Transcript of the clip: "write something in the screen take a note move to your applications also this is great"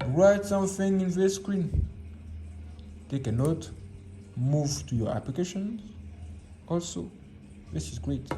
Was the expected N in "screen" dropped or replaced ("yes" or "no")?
no